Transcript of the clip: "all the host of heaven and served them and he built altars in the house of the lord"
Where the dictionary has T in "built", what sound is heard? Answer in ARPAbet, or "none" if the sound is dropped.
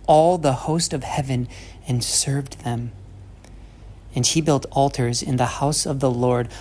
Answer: T